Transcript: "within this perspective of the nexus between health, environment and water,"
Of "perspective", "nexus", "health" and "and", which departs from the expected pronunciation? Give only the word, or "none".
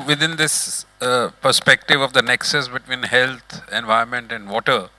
health